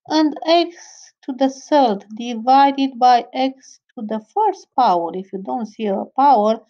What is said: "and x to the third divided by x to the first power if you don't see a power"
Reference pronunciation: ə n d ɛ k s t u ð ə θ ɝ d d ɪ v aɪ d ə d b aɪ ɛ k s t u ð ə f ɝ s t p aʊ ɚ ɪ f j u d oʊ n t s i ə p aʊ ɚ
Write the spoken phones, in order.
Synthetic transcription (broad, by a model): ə n d ɛ k s t u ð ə s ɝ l d ɪ v aɪ d ə d b aɪ ɛ k s t u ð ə f ɝ s t p aʊ ɚ ɪ f j u d oʊ n t s i ə p aʊ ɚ